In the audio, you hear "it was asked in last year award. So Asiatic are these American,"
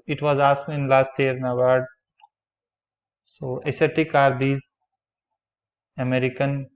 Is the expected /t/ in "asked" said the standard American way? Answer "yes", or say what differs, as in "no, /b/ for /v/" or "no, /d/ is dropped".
no, /t/ is dropped